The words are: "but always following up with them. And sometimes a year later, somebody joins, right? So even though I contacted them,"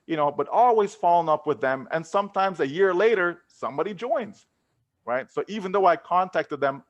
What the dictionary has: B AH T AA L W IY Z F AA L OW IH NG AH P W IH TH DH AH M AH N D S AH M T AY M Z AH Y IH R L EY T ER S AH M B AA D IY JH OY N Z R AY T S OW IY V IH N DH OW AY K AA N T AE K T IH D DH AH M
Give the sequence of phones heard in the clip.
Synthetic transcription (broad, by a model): B AH T AA L W IY Z F AA L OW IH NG AH P W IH DH AH M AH N S AH M T AY M Z AH Y IH R L EY T ER S AH M B AA D IY JH OY N Z R AY T S OW IY V IH N DH OW AY K AA N T AE K T IH D DH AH M